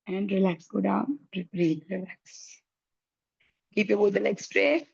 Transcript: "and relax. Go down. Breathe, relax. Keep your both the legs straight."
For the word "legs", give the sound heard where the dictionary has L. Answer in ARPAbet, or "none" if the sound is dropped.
N